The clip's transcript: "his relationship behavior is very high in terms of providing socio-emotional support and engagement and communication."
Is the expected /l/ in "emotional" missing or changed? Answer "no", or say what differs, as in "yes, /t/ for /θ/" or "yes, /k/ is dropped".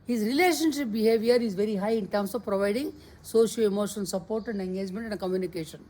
yes, /n/ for /l/